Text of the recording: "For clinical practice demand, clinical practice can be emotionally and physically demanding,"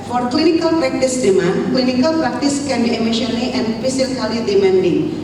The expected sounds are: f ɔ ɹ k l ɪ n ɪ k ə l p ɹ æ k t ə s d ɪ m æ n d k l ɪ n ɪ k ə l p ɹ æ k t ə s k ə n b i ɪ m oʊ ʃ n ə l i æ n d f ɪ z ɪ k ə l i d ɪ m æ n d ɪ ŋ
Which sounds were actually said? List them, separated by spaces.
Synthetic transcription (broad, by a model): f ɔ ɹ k l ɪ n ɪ k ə l p ɹ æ k t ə s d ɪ m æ n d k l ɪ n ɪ k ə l p ɹ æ k t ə s k ə n b i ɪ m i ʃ l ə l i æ n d p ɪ s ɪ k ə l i d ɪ m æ n d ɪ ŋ